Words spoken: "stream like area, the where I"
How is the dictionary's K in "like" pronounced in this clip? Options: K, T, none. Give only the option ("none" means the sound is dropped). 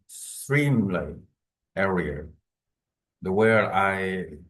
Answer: none